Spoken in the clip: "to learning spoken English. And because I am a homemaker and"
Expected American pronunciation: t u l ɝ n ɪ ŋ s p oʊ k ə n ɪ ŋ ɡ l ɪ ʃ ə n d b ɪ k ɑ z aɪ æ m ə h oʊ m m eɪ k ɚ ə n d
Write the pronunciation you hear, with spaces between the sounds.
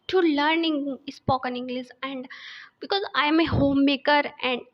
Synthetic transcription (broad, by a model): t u l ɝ n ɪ ŋ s p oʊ k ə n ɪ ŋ ɡ l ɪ s ə n d b ɪ k ɑ z aɪ m ə h oʊ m m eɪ k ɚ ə n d